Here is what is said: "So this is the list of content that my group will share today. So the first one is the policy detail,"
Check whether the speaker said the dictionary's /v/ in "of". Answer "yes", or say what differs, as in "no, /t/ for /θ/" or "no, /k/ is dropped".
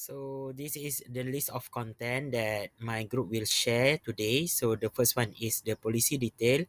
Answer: no, /f/ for /v/